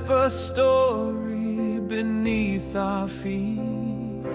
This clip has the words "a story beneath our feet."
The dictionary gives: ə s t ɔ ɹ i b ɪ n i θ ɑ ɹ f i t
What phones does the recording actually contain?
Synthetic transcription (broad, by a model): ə s t ɔ ɹ i b ɪ n i θ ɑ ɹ f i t